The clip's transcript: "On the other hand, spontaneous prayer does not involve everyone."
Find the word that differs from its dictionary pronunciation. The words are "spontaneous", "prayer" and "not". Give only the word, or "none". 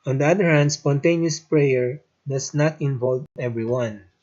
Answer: none